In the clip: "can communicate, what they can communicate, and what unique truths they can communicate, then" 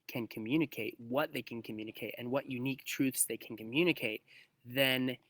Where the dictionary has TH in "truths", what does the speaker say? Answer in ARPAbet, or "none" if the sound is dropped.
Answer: TH